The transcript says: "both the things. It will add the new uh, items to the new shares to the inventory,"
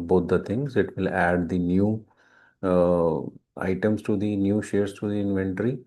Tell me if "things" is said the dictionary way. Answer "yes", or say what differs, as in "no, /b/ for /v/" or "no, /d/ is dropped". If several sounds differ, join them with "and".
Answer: no, /t/ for /θ/